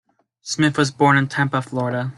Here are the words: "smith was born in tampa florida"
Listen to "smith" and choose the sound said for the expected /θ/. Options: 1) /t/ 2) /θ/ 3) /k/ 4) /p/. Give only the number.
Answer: 2